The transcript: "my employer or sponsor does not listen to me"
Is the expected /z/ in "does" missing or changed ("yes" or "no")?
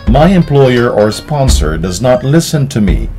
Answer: no